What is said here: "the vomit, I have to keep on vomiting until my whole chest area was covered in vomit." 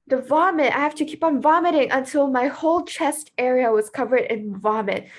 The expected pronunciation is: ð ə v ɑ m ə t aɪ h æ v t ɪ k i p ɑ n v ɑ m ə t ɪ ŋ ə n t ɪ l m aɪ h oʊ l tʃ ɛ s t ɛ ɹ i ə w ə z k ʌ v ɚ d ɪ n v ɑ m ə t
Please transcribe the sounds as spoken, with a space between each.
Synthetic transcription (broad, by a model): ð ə v ɑ m ə t aɪ h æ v t ɪ k i p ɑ n v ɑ m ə t ɪ ŋ ə n t ɪ l m aɪ h oʊ l tʃ ɛ s t ɛ ɹ i ə w ə z k ʌ v ɚ d ɪ n v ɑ m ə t